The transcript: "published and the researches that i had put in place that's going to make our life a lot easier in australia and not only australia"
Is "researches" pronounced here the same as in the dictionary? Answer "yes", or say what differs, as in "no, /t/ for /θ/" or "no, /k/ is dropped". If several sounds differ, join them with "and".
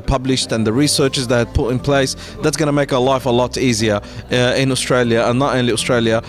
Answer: yes